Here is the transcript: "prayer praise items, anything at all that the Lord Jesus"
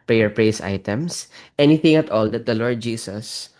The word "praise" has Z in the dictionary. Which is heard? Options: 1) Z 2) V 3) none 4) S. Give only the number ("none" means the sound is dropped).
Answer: 4